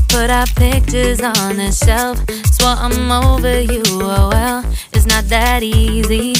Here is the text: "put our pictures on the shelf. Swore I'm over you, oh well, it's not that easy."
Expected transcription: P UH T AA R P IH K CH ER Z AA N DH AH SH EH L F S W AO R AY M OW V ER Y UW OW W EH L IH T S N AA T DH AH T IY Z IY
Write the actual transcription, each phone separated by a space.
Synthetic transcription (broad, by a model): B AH T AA P IH K CH ER Z N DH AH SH EH L F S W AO AY M OW V ER Y UW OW W EH L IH T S N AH T DH AH T IY Z IY